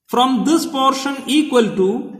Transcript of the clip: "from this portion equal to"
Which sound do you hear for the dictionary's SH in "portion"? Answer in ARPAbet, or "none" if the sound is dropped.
SH